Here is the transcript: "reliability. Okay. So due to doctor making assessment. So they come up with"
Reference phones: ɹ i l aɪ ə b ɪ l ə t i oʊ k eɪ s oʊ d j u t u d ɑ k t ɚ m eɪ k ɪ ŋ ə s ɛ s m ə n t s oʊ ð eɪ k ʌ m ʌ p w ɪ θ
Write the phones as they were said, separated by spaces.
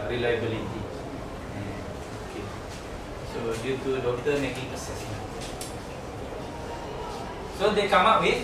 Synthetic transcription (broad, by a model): ɹ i l aɪ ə b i l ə t i oʊ k eɪ s oʊ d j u t u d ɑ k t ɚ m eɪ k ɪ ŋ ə s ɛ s ə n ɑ s oʊ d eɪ k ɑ m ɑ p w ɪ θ